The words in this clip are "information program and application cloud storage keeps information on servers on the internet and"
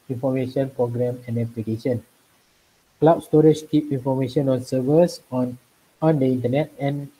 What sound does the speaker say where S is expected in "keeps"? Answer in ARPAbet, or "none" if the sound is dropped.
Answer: none